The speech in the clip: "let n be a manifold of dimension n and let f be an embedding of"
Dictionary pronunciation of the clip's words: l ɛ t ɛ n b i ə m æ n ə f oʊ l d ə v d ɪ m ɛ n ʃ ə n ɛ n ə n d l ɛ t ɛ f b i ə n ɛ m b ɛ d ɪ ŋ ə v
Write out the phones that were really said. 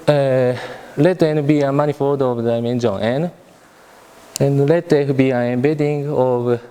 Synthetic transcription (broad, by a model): l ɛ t ɛ n b i ə m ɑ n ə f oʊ d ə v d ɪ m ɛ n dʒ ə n ɛ n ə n l ɛ t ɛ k b i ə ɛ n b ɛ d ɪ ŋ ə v